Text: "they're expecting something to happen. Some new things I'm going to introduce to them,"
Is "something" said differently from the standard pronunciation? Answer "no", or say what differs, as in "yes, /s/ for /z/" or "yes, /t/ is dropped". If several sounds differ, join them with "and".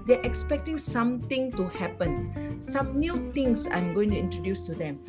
yes, /t/ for /θ/